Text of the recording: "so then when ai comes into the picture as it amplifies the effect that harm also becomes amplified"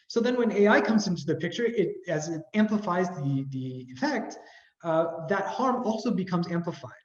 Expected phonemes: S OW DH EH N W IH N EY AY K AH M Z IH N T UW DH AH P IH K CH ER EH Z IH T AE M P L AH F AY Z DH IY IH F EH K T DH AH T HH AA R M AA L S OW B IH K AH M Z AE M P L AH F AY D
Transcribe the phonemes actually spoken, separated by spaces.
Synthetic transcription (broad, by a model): S OW DH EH N W IH N EY AY K AH M Z IH N T UW DH AH P IH K CH ER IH Z IH T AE M P L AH F AY Z DH IY IH F EH K T DH AH T HH AA R M AA L S OW B IH K AH M Z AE M P L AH F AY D